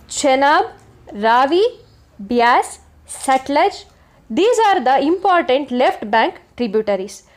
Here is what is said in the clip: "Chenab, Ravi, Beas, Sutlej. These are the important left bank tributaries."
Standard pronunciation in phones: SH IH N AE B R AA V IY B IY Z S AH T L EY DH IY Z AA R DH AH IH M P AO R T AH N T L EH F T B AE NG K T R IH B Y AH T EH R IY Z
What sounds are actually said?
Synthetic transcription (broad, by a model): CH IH N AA B R AA V IY B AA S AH T L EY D IY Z AA R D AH IH M P AO R T AH N T L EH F T B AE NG K T R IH B Y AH T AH R IY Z